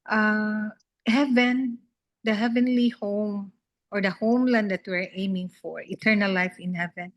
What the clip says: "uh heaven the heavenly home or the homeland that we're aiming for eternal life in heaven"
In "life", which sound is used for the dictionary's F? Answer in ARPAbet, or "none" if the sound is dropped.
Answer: F